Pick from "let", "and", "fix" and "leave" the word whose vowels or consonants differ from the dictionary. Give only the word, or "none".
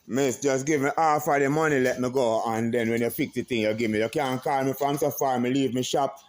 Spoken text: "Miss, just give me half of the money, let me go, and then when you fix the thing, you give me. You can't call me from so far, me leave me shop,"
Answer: fix